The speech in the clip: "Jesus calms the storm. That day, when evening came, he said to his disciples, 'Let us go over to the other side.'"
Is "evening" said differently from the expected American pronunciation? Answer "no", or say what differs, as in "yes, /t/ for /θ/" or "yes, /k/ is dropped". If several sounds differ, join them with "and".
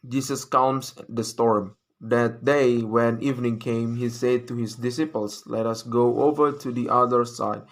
no